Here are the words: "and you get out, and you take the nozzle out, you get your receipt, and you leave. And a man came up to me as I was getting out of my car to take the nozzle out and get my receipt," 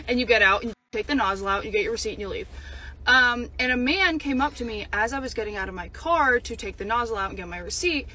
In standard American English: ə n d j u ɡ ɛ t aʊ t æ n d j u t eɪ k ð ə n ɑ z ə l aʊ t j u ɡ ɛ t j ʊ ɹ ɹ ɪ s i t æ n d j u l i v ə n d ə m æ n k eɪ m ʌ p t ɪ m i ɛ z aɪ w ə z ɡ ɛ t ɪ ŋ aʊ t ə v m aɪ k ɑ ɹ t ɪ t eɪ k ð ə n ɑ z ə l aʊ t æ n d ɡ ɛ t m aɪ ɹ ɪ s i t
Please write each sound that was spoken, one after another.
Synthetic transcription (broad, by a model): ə n j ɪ ɡ ɛ t aʊ t n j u t eɪ k ð ə n ɑ z l aʊ t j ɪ ɡ ɛ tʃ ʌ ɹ ɹ ɪ s i t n j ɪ l i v ə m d ə m æ n k eɪ m ʌ p t ɪ m i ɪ z aɪ w ə z ɡ ɛ t ɪ ŋ aʊ t ə v m aɪ k ɑ ɹ t ɪ t eɪ k ð ə n ɑ z l aʊ t n ɡ ɛ t m aɪ ɹ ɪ s i t